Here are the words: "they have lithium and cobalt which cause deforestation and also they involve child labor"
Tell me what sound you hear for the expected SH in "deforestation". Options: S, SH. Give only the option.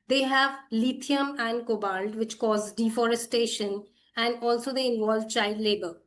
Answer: SH